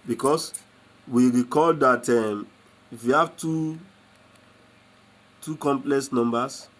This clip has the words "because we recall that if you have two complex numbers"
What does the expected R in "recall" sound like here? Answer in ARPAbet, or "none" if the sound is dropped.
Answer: R